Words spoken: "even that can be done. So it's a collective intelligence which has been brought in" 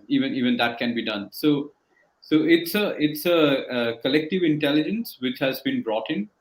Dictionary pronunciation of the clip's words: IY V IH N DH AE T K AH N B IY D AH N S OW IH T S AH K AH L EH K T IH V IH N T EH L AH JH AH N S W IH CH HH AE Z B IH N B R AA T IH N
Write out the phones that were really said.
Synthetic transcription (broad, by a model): IY V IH N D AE T K AH N B IY D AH N S OW IH T S AH K AH L EH K T IH V IH N T EH L AH JH AH N S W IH CH HH AE Z B IH N B R AA T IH N